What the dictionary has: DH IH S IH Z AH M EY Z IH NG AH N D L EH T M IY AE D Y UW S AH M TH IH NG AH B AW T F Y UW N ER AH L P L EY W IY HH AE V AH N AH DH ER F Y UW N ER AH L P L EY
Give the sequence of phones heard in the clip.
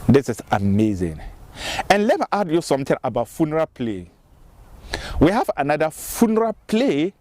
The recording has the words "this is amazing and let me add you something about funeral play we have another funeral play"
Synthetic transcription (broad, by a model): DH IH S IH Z AH M EY Z IH NG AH N L EH T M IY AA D Y UW S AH M T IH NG AH B AW T F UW N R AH P L EY W IY HH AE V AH N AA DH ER F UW N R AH P L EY